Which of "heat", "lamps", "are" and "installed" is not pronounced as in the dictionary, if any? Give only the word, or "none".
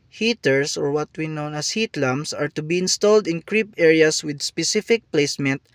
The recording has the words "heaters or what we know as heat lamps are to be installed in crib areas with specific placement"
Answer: lamps